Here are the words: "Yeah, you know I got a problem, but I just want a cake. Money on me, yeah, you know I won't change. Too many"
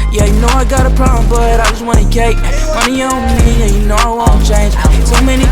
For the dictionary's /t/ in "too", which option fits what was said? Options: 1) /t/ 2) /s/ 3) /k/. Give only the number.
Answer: 2